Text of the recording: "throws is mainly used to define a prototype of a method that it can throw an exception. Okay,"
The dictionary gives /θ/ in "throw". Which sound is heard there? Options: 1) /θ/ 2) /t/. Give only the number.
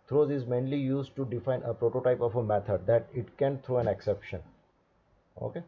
2